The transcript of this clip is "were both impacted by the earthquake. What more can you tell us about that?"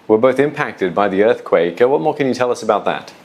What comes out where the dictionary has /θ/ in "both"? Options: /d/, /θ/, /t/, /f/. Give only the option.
/θ/